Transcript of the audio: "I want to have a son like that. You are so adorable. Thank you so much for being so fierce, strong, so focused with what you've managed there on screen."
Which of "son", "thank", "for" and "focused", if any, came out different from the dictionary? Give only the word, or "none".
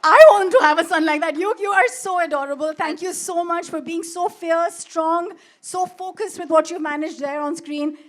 thank